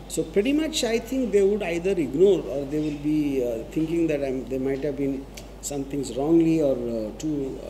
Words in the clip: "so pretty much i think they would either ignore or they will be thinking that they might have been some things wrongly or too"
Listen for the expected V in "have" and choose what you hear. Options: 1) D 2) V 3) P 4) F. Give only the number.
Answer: 2